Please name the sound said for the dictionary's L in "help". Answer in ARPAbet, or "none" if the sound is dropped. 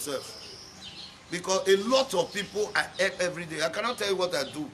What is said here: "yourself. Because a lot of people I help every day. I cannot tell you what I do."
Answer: none